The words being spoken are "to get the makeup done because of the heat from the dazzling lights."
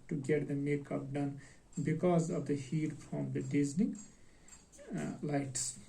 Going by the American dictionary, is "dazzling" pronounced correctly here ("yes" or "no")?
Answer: no